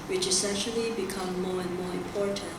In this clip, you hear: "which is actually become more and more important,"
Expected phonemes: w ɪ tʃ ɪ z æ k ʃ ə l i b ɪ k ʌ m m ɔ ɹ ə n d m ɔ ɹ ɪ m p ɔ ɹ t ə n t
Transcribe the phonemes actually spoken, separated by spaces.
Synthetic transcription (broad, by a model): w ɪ tʃ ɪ s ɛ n ʃ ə l i b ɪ k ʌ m m ɔ ɹ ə n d m ɔ ɹ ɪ m p ɔ ɹ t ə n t